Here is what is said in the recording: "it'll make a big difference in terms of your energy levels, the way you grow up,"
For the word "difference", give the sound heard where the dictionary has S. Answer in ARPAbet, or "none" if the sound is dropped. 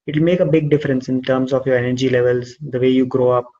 S